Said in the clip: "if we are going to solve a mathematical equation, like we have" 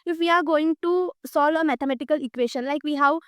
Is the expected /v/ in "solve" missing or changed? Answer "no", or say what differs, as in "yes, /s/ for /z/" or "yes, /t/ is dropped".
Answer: no